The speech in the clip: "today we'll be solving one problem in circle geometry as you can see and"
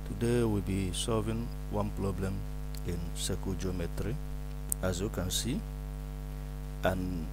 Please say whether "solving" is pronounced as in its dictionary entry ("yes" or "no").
yes